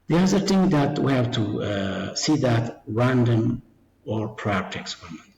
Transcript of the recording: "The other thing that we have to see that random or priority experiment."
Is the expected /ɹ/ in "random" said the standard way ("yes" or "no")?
yes